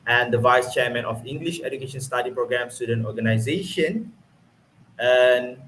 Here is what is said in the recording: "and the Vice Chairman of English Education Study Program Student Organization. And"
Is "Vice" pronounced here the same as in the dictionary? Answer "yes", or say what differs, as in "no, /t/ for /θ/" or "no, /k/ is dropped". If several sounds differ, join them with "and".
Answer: yes